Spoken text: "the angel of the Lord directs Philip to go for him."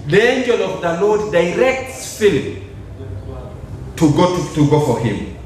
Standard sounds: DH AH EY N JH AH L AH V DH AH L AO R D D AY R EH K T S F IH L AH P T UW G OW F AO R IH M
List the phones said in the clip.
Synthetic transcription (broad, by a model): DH EY N JH AH L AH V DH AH L AO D D AY R EH K T S F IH L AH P T UW G OW F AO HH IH M